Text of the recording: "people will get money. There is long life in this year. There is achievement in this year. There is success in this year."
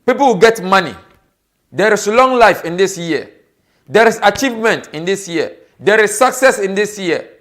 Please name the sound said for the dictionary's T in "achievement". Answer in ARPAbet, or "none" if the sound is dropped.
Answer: T